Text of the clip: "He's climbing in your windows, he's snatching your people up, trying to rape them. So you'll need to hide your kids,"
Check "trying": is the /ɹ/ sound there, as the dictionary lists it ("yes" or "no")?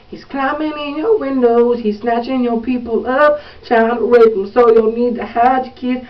no